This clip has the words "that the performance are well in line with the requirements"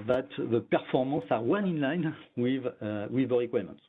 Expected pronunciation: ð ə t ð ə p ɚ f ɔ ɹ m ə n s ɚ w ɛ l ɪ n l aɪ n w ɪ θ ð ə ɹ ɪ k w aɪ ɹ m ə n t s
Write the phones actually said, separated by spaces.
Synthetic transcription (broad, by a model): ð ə t ð ə p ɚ f ɔ ɹ m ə s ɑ w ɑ n ɪ n l aɪ n w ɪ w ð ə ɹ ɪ k w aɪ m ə n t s